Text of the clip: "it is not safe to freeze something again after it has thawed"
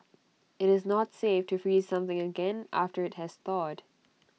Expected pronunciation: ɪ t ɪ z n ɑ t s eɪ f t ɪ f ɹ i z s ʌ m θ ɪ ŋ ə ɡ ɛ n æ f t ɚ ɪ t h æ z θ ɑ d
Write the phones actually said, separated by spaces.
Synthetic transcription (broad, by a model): ɪ t ɪ z n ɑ t s eɪ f t ɪ f ɹ i z s ʌ m θ ɪ ŋ ə ɡ ɛ n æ f t ɚ ɪ t h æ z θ ɑ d